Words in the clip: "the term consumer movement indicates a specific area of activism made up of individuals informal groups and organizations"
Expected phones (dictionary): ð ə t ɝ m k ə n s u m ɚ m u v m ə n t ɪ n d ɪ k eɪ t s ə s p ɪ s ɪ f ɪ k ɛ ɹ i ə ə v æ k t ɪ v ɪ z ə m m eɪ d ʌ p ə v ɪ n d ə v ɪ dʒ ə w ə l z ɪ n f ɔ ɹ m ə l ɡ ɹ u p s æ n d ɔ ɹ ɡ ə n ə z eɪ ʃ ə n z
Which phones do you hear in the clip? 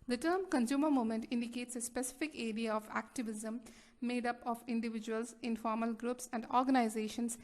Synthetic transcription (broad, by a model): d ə t ɝ m k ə n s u m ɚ m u m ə n t ɪ n d ɪ k eɪ t s ə s p ɪ s ɪ f ɪ k ɛ ɹ i ə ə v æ k t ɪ v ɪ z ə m m eɪ d ʌ p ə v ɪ n d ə v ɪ dʒ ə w ə l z ɪ n f ɔ ɹ m ə l ɡ ɹ u p s æ n d ɔ ɹ ɡ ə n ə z eɪ ʃ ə n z